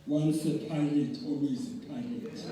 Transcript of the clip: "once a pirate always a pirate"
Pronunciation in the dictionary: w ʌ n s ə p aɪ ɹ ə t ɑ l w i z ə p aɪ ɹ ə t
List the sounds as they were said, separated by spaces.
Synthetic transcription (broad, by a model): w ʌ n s ə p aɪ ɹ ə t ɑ w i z ə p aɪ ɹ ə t